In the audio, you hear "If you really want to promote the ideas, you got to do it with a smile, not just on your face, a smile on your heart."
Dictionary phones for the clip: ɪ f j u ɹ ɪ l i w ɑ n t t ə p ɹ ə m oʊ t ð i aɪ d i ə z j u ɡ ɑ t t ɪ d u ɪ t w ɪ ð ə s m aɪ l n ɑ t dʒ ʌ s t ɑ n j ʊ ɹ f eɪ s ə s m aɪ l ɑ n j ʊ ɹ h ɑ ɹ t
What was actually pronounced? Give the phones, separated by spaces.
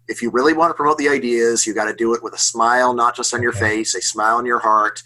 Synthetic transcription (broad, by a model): ɪ f j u ɹ ɪ l i w ɑ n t t ə p ɹ ə m oʊ t ð i aɪ d i ə z j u ɡ ɑ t t ɪ d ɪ ɪ t w ɪ ð ə s m aɪ l n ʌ t dʒ ʌ s t n j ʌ ɹ f eɪ s ə s m aɪ l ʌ n j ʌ ɹ h ɑ ɹ t